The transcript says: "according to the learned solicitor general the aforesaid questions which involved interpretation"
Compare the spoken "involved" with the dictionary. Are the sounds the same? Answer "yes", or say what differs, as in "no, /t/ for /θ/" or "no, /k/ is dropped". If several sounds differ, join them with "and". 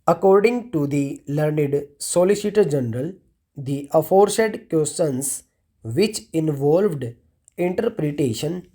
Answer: yes